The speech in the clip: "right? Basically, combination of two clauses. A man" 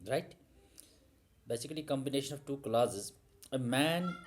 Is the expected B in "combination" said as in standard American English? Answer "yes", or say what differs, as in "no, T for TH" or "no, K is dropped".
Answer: yes